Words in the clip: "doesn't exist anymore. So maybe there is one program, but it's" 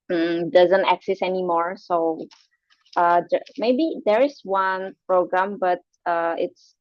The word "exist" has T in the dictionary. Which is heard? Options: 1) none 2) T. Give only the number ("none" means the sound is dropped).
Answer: 1